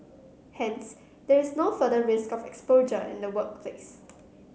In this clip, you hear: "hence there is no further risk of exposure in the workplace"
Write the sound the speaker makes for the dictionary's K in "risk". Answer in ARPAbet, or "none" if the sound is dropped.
K